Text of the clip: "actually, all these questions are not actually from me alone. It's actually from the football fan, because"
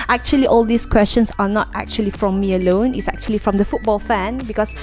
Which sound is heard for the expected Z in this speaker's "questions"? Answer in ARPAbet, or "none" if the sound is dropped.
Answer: S